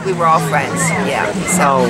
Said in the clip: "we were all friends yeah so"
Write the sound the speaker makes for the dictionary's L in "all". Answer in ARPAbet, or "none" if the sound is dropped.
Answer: L